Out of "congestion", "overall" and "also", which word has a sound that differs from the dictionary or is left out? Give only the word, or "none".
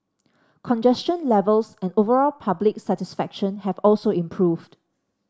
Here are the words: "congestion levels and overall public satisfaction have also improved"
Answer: none